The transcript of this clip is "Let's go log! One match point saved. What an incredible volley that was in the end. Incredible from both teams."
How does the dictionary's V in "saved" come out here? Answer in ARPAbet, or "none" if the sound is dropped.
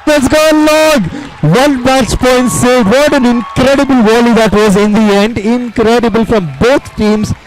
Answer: none